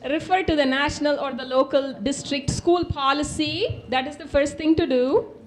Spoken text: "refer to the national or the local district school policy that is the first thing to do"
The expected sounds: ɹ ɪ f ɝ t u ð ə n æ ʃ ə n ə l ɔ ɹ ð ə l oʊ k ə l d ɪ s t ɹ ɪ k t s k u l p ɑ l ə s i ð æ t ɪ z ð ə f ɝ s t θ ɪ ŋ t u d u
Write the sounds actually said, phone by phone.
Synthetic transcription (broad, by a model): ɹ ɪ f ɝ t u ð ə n æ ʃ ə n ə l ɔ ɹ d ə l oʊ k ə l d ɪ s t ɹ ɪ k t s k u l p ɑ l ə s i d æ t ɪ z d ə f ɝ s t t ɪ ŋ t u d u